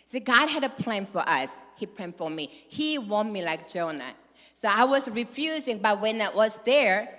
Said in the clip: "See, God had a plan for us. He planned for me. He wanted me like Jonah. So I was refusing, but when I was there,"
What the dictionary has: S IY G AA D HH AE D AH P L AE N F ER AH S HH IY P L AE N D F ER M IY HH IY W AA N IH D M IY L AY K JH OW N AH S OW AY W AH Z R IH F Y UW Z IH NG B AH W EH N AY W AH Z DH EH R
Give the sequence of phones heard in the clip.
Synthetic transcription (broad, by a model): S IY G AA D HH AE D AH P L AE N F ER AH S HH IY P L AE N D F ER M IY HH IY W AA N M IY L AY K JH OW N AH S OW AY W AH Z R IH F Y UW Z IH NG B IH W EH N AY W AH Z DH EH R